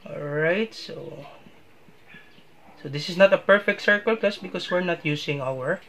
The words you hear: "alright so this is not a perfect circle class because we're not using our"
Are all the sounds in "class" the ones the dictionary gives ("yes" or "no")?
no